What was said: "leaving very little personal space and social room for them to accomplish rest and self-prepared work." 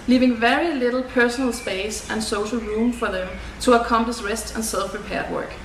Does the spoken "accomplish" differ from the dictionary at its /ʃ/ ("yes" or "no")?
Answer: yes